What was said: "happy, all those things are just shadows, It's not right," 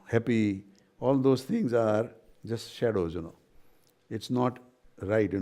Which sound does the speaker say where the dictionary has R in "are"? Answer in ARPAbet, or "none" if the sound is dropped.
R